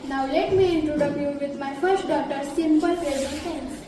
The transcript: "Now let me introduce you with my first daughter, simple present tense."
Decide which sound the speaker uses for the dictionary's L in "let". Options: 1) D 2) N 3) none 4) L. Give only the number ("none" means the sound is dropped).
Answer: 4